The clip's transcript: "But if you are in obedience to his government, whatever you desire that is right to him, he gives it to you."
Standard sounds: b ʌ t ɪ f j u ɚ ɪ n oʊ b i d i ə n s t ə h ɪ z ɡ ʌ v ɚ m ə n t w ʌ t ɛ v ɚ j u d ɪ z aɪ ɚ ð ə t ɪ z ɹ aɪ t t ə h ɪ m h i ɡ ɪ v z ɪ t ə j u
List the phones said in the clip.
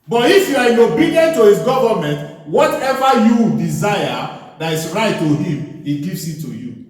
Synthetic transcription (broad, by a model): b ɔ t ɪ f j u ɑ ɪ n oʊ b i d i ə n t ə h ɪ s ɡ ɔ v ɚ m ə n t w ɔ t ɛ v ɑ j u d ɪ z aɪ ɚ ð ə t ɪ s ɹ aɪ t t ə h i m h i ɡ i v s ɪ t ə j u